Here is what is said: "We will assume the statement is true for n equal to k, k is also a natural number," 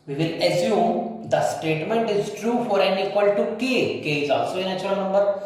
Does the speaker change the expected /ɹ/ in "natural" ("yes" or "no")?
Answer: yes